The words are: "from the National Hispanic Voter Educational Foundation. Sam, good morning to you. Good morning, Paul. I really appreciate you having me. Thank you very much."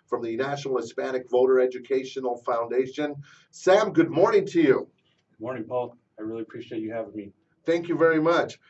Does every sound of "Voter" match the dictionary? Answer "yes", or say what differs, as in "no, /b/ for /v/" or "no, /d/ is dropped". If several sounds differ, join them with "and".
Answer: yes